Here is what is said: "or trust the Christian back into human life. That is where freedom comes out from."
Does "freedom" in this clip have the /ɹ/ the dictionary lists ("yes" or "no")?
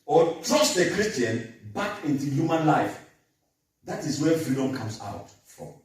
no